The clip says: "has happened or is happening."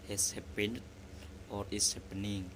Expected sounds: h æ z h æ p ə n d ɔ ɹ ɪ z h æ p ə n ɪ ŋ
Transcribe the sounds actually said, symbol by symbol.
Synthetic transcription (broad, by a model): h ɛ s h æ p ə n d ɔ ɹ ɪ s h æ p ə n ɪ ŋ